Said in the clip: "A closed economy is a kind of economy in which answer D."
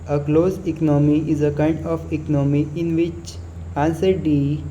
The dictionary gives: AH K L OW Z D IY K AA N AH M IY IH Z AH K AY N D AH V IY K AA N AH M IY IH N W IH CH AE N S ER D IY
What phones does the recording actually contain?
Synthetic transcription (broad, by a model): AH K L OW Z IY K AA N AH M IY IH Z AH K AY N D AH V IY K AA N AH M IY IH N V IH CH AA N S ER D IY